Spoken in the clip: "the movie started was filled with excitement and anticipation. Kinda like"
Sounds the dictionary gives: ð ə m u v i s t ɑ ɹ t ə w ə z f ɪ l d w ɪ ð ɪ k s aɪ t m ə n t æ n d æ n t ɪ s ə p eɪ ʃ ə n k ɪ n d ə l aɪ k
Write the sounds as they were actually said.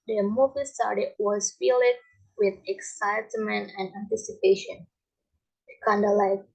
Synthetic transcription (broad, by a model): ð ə m u v i s t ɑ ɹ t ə w ə z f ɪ l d w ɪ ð ɪ k s aɪ t m ə n t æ n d æ n t ɪ s ə p eɪ ʃ ə n k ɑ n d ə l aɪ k